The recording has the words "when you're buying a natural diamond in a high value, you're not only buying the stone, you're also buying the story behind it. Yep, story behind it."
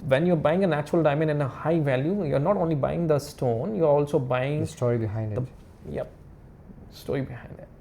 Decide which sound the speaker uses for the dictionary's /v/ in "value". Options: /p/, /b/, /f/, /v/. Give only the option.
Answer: /v/